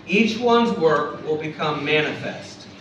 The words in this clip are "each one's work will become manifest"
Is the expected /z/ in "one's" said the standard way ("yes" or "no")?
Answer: yes